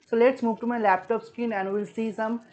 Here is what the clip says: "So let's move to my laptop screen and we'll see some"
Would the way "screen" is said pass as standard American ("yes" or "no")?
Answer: no